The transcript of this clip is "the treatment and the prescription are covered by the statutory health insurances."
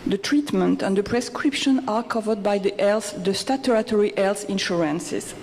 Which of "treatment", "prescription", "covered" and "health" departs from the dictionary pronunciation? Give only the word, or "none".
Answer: health